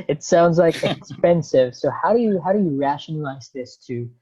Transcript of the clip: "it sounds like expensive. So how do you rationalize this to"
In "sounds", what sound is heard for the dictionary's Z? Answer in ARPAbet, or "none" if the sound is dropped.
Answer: Z